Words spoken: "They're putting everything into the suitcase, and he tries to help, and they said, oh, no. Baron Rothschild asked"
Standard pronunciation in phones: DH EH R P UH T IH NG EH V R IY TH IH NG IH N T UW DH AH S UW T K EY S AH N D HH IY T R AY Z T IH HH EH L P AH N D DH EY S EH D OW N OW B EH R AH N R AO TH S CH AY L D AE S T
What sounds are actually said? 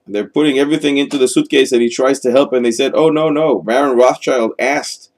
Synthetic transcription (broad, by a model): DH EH R P UH T IH NG EH V R IY TH IH NG IH N T UW DH AH S UW T K EY S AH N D HH IY T R AY Z T IH HH EH L P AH N DH EY S EH D OW N OW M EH R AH N R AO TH CH AY L D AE S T